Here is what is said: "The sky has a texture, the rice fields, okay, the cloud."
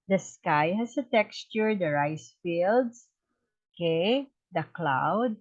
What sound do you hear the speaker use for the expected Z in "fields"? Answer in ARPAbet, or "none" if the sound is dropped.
S